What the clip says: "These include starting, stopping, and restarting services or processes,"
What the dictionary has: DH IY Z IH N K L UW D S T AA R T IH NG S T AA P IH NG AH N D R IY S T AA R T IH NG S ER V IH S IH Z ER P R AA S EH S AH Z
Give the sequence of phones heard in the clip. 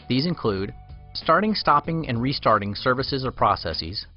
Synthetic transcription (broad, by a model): DH IY Z IH N K L UW D S T AA R T IH NG S T AA P IH NG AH N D R IY S T AA R T IH NG S ER V IH S IH Z ER P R AA S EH S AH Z